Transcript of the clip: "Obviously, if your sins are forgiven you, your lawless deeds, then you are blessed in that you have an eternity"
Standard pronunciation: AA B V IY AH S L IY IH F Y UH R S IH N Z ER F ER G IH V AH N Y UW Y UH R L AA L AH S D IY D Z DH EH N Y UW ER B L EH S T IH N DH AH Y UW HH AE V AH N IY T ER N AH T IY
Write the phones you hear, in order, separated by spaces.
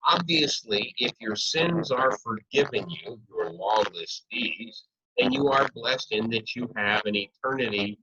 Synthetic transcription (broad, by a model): AA B V IY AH S L IY IH F Y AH R S IH N Z ER F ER G IH V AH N Y UW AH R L AA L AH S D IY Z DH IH N Y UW ER B L EH S T IH N DH AH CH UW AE V AH N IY T ER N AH T IY